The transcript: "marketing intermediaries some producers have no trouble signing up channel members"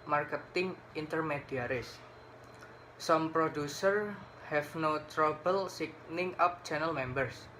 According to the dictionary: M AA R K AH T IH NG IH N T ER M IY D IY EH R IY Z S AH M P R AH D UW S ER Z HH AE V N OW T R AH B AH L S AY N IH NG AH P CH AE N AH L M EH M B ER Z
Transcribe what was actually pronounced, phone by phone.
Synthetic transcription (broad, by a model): M AA R K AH T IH NG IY N T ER M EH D IY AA R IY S S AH M P R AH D UW S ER HH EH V N OW T R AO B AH L S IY N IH NG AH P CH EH N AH L M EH M B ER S